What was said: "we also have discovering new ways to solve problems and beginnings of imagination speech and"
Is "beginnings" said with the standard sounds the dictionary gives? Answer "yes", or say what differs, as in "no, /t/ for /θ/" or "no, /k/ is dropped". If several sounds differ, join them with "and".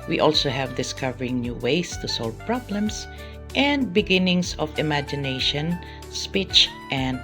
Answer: no, /s/ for /z/